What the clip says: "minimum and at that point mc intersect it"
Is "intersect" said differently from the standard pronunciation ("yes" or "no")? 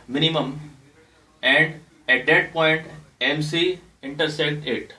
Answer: no